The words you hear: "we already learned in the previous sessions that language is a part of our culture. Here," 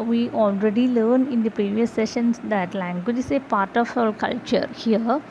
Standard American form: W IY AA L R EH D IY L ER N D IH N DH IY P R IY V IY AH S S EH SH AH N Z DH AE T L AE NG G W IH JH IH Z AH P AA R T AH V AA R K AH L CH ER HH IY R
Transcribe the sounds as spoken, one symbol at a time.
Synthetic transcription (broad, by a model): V IY AA L R EH D IY L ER N IH N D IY P R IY V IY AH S S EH SH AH N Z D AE T L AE NG G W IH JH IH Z AH P AA R T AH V AA R K AH L CH ER HH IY R